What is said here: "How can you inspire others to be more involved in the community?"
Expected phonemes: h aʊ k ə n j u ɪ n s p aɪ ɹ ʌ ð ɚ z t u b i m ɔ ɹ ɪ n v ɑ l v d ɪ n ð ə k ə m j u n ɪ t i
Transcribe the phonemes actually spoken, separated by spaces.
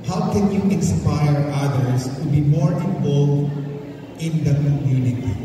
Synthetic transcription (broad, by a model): h aʊ k ə n j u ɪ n s p aɪ ɹ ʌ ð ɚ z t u b i m ɔ ɹ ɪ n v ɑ l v ɪ n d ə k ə m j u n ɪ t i